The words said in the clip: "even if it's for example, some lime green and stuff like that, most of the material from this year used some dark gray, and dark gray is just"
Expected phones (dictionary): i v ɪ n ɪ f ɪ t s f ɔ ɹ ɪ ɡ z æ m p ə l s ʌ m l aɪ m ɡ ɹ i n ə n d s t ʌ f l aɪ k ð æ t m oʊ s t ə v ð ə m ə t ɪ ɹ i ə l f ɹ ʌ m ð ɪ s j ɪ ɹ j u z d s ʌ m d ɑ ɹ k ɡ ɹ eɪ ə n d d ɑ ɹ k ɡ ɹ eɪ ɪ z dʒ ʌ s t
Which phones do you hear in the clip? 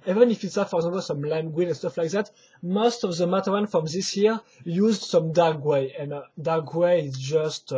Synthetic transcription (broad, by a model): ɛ v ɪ n ɪ f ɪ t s f ɔ ɹ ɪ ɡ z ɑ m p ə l s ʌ m l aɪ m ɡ w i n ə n s t ʌ f l aɪ k ð æ t m oʊ s t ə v ð ə m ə t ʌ w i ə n f ɹ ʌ m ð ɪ s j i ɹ j u z d s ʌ m d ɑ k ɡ w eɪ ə n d d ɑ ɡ w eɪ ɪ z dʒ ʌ s t